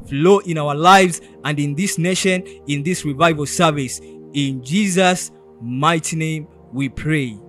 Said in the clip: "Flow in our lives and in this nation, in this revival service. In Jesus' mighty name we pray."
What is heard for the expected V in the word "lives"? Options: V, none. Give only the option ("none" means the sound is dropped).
V